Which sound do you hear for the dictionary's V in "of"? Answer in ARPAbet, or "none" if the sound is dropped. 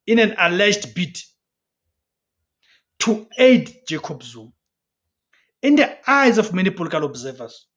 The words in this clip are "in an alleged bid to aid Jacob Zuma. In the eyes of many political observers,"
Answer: F